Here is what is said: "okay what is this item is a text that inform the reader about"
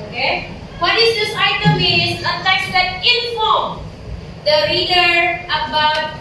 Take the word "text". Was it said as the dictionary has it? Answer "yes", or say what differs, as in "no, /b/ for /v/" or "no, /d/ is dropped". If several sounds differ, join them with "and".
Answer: no, /k/ is dropped